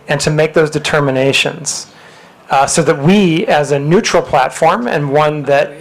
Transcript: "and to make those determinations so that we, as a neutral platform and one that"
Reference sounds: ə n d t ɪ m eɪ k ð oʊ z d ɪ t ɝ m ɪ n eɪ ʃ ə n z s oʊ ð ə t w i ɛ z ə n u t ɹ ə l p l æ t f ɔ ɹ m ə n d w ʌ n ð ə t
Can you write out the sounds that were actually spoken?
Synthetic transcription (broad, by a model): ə n t ɪ m eɪ k ð oʊ z d ɪ t ɝ m ɪ n eɪ ʃ ə n z s oʊ ð ə t w i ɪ z ə n u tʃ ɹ l p l æ t f ɔ ɹ m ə n w ʌ n ð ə t